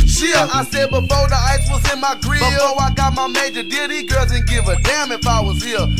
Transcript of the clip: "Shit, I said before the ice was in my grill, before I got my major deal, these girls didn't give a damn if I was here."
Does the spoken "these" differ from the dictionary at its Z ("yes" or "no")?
yes